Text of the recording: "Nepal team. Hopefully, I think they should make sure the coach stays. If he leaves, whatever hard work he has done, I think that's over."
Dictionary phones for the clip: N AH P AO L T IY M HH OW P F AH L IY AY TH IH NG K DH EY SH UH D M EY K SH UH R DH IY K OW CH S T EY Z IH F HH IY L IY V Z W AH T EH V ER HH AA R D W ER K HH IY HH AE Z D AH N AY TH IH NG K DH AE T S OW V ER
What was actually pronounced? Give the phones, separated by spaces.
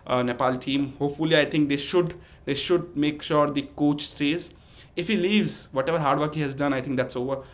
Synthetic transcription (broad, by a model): N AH P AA L T IY M HH OW P F AH L IY AY T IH NG K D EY SH UH D M EY K SH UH R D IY K OW CH S T EY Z IH F HH IY L IY V Z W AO T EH V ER HH AA R D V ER K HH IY HH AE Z D AH N AY T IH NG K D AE T S OW V ER